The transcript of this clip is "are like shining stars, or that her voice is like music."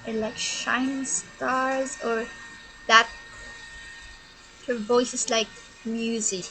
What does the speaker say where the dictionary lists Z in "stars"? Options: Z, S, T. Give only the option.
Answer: Z